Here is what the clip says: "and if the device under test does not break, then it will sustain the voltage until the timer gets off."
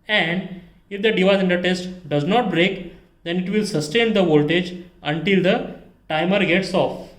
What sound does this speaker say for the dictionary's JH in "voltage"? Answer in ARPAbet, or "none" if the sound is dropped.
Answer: JH